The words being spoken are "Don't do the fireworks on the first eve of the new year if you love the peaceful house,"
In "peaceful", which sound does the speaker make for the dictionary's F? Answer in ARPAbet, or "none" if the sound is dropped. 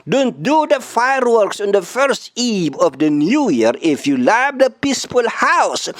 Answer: P